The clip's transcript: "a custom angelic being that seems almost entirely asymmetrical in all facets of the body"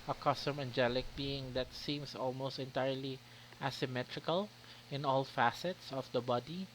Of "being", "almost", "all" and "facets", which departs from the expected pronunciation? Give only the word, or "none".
none